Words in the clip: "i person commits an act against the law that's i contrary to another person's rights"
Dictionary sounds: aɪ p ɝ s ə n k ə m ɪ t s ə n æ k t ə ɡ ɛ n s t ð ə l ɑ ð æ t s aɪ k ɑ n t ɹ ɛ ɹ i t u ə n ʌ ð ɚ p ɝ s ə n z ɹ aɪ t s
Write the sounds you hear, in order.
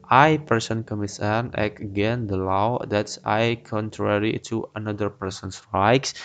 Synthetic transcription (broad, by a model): aɪ p ɝ s ə n k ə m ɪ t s ə n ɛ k ə ɡ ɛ n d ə l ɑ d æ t s aɪ k ɑ n t ɹ ɛ ɹ i t u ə n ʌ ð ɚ p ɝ s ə n s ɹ aɪ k s